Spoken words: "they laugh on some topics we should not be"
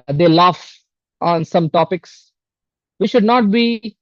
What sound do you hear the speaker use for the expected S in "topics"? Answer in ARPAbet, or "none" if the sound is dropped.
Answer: S